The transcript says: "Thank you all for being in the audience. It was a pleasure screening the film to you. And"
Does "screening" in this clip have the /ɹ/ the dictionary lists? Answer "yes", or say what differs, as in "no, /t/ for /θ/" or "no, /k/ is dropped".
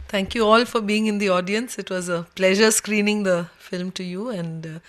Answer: yes